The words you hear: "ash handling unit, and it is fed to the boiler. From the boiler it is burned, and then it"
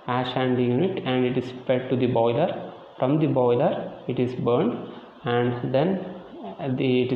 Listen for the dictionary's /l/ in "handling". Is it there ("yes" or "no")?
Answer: no